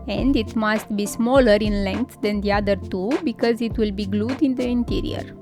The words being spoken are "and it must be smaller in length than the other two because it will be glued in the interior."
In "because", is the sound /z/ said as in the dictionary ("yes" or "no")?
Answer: yes